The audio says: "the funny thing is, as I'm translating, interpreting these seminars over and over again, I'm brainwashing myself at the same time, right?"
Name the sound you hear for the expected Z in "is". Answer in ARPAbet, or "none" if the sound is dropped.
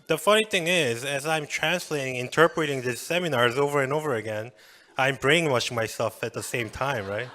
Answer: Z